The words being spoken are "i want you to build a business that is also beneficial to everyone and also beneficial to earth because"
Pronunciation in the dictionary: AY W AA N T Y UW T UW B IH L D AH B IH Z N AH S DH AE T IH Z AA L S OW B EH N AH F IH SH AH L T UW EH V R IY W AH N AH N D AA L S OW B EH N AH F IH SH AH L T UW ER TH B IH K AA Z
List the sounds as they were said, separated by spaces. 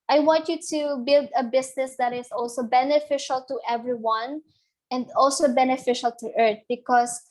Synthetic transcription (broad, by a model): AY W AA N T Y UW T UW B IH L D AH B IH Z N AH S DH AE T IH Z AA L S OW B EH N AH F IH SH AH L T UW EH V R IY W AH N AH N D AA L S OW B EH N AH F IH SH AH L T UW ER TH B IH K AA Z